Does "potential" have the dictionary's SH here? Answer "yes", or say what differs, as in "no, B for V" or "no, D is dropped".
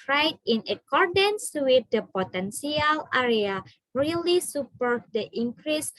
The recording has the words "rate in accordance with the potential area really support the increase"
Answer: no, S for SH